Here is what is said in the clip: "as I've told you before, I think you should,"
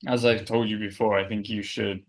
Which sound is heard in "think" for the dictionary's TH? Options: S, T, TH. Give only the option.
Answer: TH